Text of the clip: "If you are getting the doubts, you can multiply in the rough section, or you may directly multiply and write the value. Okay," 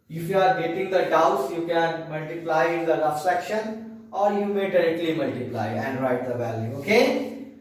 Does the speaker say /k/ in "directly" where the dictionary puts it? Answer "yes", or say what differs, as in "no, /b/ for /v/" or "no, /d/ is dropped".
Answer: yes